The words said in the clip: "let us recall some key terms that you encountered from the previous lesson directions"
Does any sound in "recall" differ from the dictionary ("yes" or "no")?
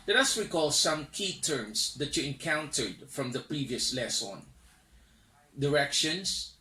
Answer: yes